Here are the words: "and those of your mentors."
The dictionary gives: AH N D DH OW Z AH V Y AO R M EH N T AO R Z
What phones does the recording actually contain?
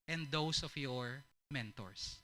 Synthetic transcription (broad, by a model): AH N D OW S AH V Y AO R M EH N T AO R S